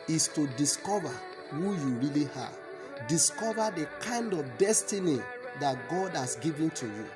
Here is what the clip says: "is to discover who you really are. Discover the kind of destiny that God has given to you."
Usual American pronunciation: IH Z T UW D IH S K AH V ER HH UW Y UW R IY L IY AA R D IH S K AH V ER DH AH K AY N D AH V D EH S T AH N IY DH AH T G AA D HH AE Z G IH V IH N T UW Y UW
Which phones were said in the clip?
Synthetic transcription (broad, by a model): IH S T UW D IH S K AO V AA HH UW Y UW R IY L IY AA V D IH S K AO V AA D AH K AY N D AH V D EH S T AH N IY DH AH T G AA D HH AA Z G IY V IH N T UW Y UW